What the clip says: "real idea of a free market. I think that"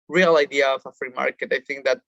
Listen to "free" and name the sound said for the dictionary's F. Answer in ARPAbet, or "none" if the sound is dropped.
F